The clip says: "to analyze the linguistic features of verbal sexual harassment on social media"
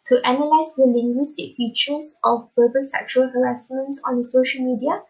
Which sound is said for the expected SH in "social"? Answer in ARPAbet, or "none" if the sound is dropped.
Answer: SH